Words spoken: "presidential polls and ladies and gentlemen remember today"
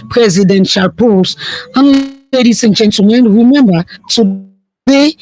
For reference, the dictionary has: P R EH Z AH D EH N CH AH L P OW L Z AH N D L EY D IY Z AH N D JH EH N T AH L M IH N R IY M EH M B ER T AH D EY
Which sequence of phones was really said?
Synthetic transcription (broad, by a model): P R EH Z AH D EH N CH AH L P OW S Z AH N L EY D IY S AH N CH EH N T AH M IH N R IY M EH M B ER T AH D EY